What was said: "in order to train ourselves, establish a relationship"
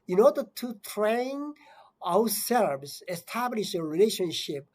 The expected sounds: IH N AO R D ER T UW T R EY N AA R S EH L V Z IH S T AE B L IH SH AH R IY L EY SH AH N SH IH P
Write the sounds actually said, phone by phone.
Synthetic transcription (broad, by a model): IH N AO R D ER T UW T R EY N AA W S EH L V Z IH S T AE B L IH SH AH R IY L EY SH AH N SH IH P